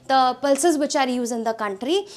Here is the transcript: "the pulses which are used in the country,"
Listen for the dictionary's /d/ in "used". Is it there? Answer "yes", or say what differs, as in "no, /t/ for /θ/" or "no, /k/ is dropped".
no, /d/ is dropped